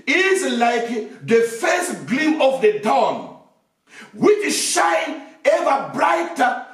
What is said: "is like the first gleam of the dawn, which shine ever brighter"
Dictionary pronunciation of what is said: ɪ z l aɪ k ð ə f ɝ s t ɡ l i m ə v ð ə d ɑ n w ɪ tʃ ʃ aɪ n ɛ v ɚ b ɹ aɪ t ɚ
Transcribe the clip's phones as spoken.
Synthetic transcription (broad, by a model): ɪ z l aɪ k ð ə f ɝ s t ɡ l i m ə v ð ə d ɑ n w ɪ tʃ ʃ aɪ n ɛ v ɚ b ɹ aɪ t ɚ